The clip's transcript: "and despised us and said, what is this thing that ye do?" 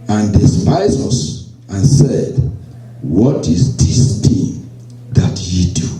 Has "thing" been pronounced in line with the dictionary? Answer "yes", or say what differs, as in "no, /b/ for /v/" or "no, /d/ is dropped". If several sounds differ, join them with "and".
no, /t/ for /θ/